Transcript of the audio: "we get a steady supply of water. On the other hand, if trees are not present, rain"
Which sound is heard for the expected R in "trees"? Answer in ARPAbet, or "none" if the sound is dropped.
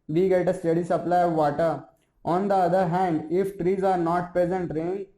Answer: R